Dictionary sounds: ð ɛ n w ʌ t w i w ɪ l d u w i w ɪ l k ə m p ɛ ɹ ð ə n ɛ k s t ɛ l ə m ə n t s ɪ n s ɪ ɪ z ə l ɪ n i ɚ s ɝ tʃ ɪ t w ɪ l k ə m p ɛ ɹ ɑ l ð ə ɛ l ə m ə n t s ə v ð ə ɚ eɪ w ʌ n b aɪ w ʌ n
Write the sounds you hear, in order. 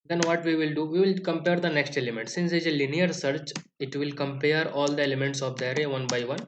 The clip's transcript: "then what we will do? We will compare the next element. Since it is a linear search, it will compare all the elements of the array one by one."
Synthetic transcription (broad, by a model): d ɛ n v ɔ t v i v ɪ l d u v i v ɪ l k ə m p ɛ ɹ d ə n ɛ k s t ɛ l ə m ə n t s ɪ n s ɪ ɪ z ə l ɪ n i ɚ s ɝ tʃ ɪ t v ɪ l k ə m p ɛ ɹ ɑ l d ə ɛ l ə m ə n t s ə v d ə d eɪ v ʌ n b aɪ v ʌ n